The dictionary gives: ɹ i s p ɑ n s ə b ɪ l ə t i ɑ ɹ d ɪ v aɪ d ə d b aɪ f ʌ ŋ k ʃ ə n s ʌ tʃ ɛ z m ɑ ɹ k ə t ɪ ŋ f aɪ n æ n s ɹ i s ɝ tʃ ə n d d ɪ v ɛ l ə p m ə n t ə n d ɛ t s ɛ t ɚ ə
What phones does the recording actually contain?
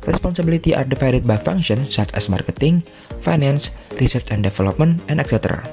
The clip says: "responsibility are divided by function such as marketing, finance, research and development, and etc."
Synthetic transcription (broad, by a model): ɹ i s p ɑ n s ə b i l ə t i ɑ ɹ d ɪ f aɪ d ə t b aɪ f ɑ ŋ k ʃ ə n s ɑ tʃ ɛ s m ɑ ɹ k ə t ɪ ŋ f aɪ n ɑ n s ɹ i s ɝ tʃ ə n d d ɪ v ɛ l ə p m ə n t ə n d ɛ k s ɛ t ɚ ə